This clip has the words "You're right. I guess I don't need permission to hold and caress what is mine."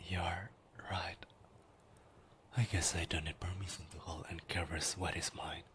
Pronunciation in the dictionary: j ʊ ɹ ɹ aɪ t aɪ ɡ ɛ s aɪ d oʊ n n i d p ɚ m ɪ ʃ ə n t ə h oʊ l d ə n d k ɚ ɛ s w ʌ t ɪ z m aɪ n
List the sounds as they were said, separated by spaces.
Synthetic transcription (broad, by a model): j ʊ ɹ ɹ aɪ t aɪ ɡ ɛ s aɪ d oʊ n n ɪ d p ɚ m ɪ s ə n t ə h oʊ l ə n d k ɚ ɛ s w ʌ t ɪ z m aɪ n